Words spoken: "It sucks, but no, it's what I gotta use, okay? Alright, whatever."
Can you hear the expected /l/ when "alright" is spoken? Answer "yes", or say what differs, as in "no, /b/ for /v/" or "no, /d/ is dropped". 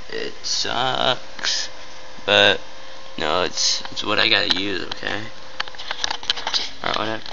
no, /l/ is dropped